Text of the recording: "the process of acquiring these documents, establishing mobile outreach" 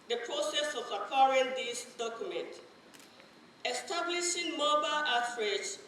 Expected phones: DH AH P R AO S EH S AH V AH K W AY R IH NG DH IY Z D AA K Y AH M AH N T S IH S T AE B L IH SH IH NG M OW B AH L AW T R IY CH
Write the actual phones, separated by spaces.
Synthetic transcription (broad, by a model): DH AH P R AO S EH S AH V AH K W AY R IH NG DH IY S D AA K Y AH M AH N T IH S T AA B L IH SH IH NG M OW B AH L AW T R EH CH